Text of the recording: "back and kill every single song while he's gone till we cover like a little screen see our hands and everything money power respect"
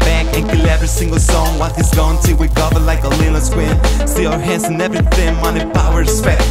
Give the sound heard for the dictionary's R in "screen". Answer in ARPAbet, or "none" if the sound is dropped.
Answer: W